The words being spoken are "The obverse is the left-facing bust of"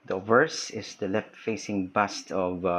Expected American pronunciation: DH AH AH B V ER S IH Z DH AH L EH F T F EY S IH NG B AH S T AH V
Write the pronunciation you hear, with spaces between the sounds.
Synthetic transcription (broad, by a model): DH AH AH V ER S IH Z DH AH L EH F T F EY S IH NG B AH S T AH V